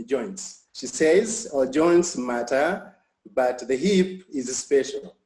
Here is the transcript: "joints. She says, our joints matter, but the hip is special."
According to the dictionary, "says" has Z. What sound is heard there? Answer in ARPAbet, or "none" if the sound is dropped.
Z